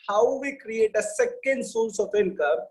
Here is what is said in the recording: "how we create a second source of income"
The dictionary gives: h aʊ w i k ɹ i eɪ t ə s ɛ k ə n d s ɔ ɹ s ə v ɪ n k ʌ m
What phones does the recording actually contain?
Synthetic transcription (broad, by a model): h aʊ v i k ɹ i eɪ t ə s ɛ k ə n d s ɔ l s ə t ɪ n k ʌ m